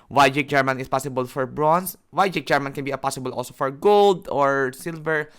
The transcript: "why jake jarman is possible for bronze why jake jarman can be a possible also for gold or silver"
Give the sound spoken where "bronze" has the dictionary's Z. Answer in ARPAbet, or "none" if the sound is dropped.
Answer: S